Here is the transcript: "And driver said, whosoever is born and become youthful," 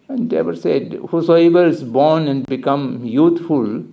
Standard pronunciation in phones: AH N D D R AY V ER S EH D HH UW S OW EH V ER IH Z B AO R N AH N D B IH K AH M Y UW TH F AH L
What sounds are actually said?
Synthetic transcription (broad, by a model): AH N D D EH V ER S EH D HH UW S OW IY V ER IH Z B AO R N AH N D B IH K AH M Y UW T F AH L